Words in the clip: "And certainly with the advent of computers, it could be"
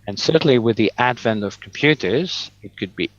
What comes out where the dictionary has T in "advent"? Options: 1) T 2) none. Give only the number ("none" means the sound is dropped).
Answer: 1